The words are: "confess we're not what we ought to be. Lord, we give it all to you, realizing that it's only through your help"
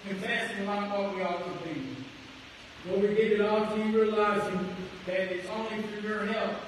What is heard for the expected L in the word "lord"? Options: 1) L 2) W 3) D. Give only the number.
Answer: 2